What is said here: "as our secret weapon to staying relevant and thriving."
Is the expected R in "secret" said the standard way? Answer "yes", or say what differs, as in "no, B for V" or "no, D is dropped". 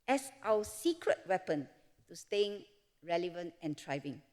yes